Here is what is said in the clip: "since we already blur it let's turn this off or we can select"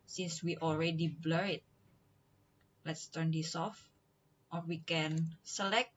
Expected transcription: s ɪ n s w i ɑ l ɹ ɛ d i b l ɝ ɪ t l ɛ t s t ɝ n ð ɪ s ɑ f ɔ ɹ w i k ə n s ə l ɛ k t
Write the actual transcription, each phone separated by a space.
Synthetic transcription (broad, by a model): s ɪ n s w i ɑ l ɹ ɛ d i b l ɝ ɪ t l ɛ t s t ɝ n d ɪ s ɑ f ɔ ɹ w i k ə n s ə l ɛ k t